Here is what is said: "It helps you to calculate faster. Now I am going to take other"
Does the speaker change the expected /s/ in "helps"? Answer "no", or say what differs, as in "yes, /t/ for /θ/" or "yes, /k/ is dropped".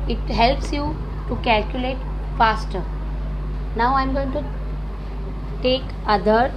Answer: no